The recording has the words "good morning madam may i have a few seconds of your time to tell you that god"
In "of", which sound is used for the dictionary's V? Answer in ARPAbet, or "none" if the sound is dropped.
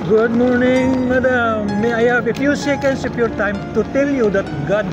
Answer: P